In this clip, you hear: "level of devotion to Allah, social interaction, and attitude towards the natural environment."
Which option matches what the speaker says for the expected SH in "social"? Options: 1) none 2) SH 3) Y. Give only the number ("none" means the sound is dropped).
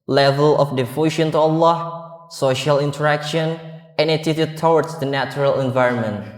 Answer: 2